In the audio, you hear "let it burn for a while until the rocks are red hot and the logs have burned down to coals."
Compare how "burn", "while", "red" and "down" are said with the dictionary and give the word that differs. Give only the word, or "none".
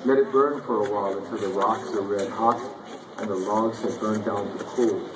none